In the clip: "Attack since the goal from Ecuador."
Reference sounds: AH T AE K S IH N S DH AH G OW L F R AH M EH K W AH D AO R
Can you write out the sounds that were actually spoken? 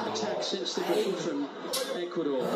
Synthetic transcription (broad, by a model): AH T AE K S IH N S DH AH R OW N F R AH M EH K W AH D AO